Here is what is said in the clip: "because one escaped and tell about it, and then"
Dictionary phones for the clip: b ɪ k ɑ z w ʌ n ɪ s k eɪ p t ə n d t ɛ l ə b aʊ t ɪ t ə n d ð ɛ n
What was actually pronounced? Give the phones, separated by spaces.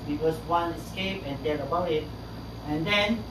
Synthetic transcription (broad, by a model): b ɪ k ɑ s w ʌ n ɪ s k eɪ p ə n d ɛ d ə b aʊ ɪ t ə n d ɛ n